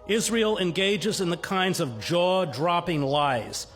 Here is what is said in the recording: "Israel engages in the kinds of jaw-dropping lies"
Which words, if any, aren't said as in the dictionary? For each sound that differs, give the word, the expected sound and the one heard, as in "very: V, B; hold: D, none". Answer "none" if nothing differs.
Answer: none